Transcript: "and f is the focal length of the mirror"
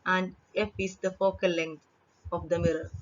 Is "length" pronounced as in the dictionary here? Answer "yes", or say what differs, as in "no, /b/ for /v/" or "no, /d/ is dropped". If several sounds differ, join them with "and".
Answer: no, /t/ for /θ/